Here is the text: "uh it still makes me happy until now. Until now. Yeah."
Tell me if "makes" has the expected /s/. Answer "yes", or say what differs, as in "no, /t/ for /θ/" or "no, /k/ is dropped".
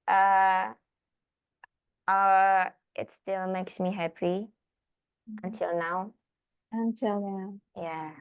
yes